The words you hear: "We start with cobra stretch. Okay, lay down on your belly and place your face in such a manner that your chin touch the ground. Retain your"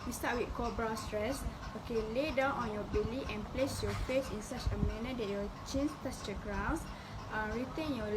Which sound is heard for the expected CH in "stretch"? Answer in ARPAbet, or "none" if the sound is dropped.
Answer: S